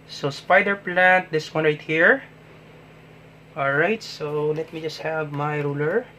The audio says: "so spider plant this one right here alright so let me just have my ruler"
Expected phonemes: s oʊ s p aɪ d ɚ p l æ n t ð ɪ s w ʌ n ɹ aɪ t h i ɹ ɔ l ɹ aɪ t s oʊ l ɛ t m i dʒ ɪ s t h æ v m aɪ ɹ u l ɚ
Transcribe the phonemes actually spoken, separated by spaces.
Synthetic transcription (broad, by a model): s oʊ s p aɪ d ɚ p l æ n t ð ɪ s w ʌ n ɹ aɪ t h i ɹ ɔ l ɹ aɪ t s oʊ l ɛ t m i dʒ ɪ s t h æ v m aɪ ɹ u l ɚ